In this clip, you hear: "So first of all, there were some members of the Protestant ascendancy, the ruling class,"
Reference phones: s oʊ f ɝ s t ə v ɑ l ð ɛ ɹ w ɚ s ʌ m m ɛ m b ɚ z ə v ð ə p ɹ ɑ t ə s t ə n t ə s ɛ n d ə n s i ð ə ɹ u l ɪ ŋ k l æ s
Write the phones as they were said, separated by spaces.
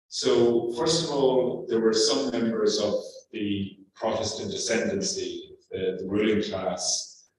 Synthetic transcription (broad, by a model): s oʊ f ɝ s t ə v ɑ l ð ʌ ɹ w ɚ s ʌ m m ɛ m b ɚ z ə v ð ə p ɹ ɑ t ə s t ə n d ə s ɛ n d ə n s i ð ə ɹ u l ɪ ŋ k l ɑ s